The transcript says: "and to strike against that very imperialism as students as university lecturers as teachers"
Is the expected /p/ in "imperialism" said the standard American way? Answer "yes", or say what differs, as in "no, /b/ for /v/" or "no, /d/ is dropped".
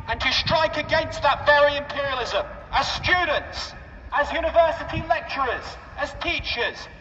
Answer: yes